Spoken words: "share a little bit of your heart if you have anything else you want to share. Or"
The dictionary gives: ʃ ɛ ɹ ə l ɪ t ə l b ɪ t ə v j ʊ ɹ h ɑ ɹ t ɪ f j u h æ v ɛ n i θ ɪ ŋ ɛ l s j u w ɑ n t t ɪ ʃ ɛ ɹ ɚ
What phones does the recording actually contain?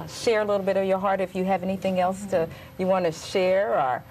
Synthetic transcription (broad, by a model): ʃ ɛ ɹ ə l ɪ t l b ɪ t ə v j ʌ ɹ h ɑ ɹ t ɪ f j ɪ v ɛ n i θ ɪ ŋ ɛ l s j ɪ w ɑ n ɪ ʃ ɛ ɹ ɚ